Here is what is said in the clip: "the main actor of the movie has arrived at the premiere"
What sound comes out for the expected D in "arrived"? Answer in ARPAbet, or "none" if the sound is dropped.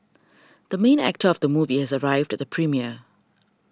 D